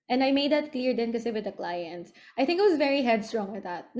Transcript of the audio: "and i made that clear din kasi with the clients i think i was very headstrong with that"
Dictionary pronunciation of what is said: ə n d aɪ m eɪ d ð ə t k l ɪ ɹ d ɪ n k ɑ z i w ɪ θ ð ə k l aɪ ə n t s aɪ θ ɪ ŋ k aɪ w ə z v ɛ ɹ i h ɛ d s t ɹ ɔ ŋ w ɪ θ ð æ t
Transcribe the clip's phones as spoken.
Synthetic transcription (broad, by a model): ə n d aɪ m eɪ d ð ə t k l ɪ ɹ d ɪ n k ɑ s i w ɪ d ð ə k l aɪ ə n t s aɪ θ ɪ ŋ k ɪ w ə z v ɛ ɹ i h ɛ d s t ɹ ɔ ŋ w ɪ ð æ t